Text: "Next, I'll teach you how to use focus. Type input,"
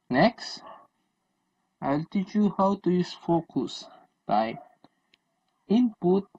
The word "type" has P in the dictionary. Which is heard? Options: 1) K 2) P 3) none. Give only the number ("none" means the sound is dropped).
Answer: 3